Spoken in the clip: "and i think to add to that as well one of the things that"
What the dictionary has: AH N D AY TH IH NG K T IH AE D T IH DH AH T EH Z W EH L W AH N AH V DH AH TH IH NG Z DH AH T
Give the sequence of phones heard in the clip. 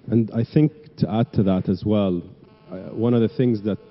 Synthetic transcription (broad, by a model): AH N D AY TH IH NG K T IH AE D T IH DH AH T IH Z W EH L W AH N AH V DH AH TH IH NG Z DH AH T